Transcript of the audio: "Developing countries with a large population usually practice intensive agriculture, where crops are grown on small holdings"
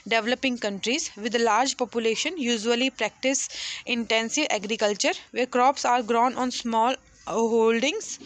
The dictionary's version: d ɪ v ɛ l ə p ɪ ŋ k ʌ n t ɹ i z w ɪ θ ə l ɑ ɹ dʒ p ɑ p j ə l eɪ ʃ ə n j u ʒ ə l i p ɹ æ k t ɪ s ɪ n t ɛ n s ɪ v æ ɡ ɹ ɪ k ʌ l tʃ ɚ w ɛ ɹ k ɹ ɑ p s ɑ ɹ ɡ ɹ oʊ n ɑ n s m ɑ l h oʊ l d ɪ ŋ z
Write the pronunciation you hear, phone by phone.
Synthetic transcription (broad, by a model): d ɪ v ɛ l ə p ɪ ŋ k ʌ n t ɹ i z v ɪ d l ɑ ɹ dʒ p ɑ p j ə l eɪ ʃ ə n j u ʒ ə l i p ɹ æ k t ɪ s ɪ n t ɛ n s ɪ v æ ɡ ɹ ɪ k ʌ l tʃ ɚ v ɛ ɹ k ɹ ɑ p s ɑ ɹ ɡ ɹ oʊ n ɑ n s m ɑ l h oʊ l d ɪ ŋ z